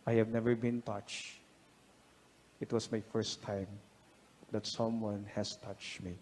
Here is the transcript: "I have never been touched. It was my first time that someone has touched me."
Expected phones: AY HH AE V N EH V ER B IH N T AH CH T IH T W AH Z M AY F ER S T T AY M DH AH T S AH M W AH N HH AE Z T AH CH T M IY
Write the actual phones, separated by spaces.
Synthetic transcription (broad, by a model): AY HH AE V N EH V ER B IH N T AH CH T IH T W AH S M AY F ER S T T AY M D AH T S AH M W AH N HH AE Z T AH CH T M IY